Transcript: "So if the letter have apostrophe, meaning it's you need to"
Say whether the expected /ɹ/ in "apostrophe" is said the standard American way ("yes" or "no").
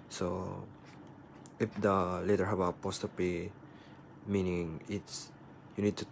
no